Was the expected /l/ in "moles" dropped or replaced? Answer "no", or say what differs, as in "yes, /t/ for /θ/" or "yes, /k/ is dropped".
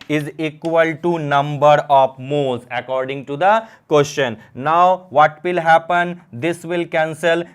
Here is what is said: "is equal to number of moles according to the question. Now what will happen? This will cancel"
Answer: yes, /l/ is dropped